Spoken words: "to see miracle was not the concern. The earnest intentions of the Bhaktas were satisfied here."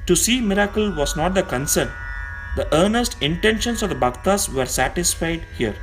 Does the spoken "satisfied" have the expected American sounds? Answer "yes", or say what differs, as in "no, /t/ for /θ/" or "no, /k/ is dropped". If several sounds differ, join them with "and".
yes